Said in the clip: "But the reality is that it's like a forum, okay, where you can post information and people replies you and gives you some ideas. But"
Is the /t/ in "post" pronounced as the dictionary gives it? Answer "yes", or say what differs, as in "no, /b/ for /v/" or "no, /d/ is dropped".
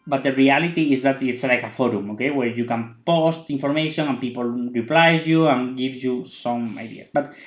yes